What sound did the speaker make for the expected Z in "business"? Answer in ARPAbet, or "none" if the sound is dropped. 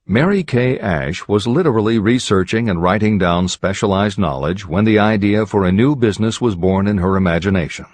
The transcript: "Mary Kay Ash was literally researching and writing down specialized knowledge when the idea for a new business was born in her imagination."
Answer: Z